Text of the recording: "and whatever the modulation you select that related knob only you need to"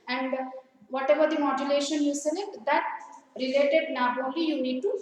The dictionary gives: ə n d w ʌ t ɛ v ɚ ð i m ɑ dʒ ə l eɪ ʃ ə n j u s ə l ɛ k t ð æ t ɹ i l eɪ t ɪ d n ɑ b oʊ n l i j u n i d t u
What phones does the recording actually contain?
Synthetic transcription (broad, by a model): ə n d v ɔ t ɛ v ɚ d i m ɑ dʒ ə l eɪ ʃ ə n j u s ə n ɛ t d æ t ɹ i l eɪ t ɪ d n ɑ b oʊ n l i j u n i d t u